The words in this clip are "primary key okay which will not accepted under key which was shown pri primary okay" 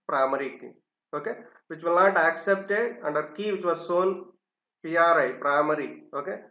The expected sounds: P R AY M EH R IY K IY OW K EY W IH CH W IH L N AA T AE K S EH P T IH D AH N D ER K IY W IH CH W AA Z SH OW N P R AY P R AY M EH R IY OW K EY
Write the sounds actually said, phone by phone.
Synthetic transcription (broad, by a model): P R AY M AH R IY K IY OW K EY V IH CH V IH L N AA T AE K S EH P T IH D AH N D ER K IY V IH CH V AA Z S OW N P R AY P R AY M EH R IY OW K EY